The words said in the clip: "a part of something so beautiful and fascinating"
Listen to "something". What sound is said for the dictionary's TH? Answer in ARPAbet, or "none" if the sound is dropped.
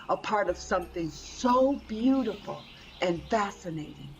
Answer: TH